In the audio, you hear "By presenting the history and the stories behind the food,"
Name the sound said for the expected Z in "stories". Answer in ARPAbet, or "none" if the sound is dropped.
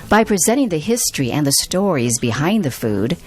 Z